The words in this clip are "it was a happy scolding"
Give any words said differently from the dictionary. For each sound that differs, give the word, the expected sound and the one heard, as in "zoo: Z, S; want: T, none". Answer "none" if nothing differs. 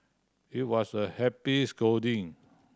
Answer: was: Z, S; scolding: L, none